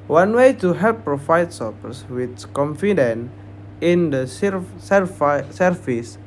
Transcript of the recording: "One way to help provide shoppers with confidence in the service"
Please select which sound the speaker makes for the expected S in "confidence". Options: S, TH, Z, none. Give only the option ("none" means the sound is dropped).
none